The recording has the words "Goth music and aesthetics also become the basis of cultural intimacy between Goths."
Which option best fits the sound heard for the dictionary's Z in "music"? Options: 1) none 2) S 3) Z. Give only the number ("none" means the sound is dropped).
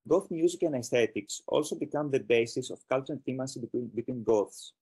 3